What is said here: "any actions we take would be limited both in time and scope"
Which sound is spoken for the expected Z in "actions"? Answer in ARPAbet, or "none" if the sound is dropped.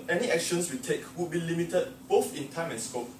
S